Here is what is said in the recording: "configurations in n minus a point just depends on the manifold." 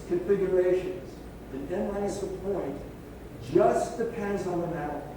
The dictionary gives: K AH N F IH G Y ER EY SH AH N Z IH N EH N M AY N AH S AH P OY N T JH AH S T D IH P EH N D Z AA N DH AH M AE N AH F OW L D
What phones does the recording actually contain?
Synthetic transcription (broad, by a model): K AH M F IH G Y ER EY SH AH N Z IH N EH N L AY AH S AH P OY N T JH AH S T D IH P EH N D Z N DH AH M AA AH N